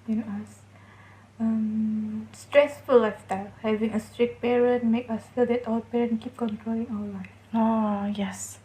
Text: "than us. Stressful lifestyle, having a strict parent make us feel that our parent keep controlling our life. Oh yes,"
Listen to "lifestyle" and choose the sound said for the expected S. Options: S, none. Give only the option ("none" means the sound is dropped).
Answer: none